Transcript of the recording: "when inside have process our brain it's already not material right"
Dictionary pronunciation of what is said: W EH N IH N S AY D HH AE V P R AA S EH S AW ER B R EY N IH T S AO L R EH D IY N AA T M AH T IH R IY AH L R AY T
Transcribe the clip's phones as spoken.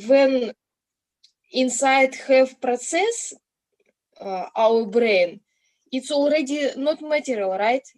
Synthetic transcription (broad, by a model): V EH N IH N S AY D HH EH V P R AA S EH S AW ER B R EY N IH T S AO L R EH D IY N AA T M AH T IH R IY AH L R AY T